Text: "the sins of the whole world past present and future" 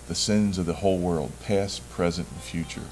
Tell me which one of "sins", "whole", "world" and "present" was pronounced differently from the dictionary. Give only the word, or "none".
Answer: none